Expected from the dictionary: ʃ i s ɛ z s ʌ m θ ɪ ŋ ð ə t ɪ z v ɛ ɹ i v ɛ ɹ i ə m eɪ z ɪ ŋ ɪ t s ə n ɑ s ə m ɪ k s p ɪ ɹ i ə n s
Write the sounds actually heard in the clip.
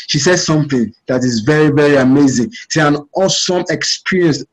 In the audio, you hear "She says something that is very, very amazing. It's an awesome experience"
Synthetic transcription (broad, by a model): ʃ i s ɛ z s ʌ m θ ɪ ŋ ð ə t ɪ z v ɛ ɹ i v ɛ ɹ i ə m eɪ z ɪ ŋ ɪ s ə n ɑ s ə m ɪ k s p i ɹ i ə n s